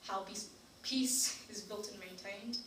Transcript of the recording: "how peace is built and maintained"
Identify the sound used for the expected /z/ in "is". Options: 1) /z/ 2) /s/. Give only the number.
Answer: 1